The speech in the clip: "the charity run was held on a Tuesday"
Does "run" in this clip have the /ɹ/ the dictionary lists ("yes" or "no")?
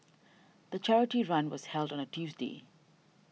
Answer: yes